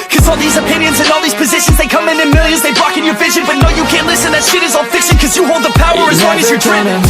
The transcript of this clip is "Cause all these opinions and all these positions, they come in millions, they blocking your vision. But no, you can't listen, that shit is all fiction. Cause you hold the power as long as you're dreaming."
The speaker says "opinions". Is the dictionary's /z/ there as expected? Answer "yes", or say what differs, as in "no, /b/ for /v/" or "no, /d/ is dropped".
yes